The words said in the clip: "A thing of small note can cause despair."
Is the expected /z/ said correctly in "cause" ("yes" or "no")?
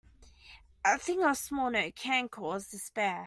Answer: yes